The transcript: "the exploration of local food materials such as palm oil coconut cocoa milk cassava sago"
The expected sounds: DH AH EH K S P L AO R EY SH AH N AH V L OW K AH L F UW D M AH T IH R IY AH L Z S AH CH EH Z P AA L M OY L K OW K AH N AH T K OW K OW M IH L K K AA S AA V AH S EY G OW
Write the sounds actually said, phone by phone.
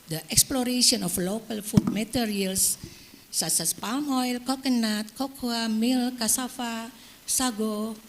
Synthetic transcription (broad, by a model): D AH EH K S P L AO R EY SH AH N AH F L OW K AH L F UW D M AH T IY R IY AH L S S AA S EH S P AA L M OY L K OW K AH N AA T K OW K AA M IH L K K AA S AA F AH S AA G OW